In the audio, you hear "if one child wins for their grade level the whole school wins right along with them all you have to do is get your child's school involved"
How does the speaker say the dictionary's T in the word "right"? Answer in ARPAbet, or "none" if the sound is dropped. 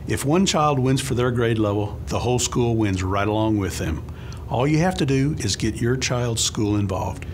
T